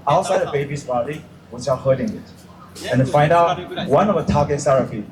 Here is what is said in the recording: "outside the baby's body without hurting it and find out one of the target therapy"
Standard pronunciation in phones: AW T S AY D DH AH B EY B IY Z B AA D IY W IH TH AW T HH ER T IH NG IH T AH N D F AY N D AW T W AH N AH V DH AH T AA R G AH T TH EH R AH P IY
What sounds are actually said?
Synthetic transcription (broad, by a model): AW T S AY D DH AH B EY B IY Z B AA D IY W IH S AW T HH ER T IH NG IH T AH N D F AY N D AW T W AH N AH V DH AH T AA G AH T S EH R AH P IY